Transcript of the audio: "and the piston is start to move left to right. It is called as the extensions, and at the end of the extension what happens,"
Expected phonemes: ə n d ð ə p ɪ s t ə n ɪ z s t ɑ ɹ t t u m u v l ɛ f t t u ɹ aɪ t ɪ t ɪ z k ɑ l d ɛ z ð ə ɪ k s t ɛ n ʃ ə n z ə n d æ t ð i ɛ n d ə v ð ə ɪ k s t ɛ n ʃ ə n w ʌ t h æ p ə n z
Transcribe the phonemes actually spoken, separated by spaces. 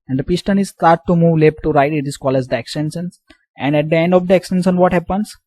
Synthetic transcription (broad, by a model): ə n d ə p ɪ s t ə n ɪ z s t ɑ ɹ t t u m u v l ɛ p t t u ɹ aɪ t ɪ t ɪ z k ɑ l ɛ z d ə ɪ k s t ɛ n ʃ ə n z ə n d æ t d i ɛ n d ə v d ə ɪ k s t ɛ n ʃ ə n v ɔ t h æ p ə n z